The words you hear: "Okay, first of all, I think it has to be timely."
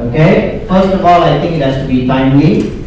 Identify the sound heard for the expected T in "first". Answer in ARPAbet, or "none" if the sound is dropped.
T